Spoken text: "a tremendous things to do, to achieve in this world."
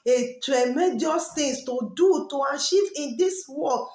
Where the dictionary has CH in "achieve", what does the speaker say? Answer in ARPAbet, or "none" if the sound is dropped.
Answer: SH